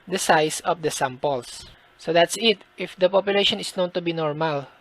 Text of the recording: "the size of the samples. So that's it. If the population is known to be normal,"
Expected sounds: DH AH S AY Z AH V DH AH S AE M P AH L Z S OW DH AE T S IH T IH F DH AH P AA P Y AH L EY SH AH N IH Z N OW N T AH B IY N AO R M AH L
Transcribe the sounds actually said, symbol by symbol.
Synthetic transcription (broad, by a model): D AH S AY S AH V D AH S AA M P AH L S S OW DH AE T S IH T IH F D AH P AA P Y AH L EY SH AH N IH S N OW N T AH B IY N AO R M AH L